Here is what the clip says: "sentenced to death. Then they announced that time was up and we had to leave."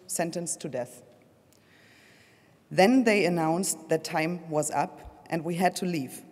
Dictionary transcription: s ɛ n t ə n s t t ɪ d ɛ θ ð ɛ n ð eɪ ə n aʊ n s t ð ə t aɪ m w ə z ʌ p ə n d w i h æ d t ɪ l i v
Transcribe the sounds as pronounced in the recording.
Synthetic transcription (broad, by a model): s ɛ n t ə n s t t ɪ d ɛ θ ð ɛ n ð eɪ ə n aʊ n s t ð ə t aɪ m w ə z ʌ p ə n d w i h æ d t ɪ l i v